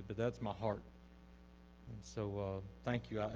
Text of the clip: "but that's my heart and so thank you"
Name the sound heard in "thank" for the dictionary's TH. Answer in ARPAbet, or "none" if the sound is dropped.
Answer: TH